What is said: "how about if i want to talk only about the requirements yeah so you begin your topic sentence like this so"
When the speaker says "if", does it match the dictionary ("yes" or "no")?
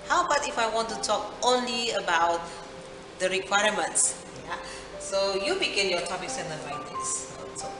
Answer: yes